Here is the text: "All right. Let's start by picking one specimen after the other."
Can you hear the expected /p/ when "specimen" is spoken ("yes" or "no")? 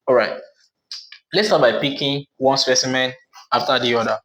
yes